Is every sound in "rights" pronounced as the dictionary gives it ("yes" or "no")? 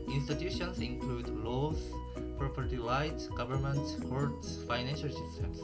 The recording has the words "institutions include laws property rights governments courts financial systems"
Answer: no